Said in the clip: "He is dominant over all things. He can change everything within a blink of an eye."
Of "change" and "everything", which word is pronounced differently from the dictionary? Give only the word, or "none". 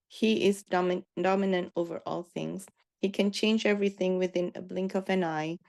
none